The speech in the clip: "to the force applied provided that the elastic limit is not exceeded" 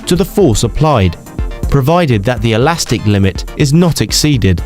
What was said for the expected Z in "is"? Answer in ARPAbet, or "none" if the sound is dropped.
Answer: Z